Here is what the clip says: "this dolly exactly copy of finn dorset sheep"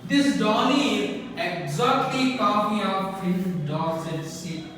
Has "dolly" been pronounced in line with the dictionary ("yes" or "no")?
no